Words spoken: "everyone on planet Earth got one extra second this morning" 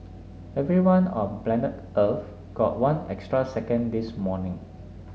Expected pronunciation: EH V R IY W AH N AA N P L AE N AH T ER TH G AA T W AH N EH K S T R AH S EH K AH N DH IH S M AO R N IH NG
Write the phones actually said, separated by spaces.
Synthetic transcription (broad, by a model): EH V R IY W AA N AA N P L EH N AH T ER F G AA T W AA N EH K S T R AH S EH K AH N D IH S M AO N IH NG